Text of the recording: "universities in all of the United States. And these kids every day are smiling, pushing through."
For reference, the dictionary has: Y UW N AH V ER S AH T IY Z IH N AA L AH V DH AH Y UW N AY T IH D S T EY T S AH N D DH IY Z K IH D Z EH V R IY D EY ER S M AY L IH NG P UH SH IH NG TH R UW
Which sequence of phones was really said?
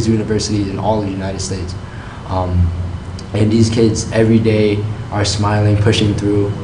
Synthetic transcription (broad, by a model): Y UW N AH V ER S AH T IY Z IH N AA L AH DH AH Y UW N AY T IH D S T EY T S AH N DH IY Z K IH D Z EH V R IY D EY ER S M AY L IH NG P UH SH IH NG TH R UW